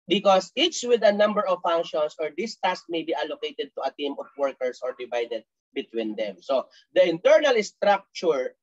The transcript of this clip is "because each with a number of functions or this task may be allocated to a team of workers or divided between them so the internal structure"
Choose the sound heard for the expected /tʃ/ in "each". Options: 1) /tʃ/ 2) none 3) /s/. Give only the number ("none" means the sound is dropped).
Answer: 3